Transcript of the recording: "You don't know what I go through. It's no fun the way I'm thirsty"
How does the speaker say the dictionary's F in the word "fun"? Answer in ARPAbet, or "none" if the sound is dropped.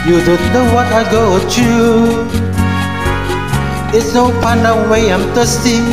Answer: P